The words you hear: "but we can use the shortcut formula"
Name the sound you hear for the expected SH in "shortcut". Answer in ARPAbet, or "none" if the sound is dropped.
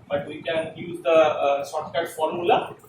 S